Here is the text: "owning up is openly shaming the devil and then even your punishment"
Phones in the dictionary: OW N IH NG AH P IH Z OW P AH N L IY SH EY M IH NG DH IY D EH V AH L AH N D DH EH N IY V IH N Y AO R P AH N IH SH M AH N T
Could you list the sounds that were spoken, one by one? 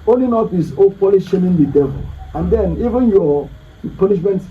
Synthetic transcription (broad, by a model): OW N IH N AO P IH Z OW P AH L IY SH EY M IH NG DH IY D EH V AH L AH N D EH N IY V IH N Y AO P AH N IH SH M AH N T